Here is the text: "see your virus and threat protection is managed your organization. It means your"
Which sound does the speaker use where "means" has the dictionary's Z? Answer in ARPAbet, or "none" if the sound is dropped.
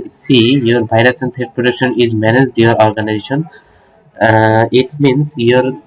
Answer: S